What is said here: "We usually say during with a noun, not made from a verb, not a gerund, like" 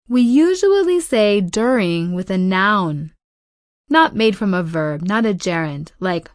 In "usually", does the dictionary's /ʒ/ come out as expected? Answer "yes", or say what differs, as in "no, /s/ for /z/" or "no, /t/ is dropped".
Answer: yes